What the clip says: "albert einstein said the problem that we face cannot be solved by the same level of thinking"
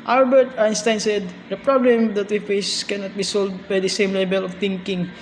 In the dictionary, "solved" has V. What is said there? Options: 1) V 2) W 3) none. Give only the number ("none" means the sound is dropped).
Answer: 3